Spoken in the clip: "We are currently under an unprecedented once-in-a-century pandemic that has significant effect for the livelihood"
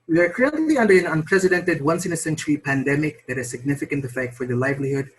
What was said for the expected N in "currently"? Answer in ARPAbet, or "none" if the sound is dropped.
L